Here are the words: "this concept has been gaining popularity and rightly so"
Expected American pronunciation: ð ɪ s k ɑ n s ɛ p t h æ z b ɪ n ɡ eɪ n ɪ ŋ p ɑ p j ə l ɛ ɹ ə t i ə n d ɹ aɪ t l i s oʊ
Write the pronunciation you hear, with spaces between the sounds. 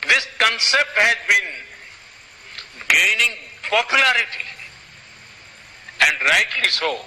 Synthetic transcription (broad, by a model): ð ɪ s k ɑ n s ɛ p t h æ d b ɪ n ɡ eɪ n ɪ ŋ p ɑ p j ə l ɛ ɹ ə t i ə n d ɹ aɪ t i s oʊ